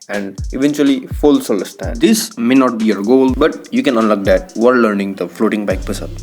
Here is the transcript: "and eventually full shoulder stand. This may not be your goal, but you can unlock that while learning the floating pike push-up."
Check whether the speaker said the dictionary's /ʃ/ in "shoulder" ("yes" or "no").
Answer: no